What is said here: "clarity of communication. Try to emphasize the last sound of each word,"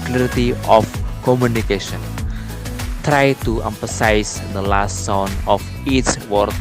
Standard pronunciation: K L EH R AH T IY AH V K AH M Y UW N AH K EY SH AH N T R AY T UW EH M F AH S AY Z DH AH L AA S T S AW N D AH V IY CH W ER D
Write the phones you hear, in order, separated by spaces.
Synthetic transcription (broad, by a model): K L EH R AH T IY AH F K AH M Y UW N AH K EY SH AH N T R AY T UW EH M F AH S AY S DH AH L AA S T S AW N AH F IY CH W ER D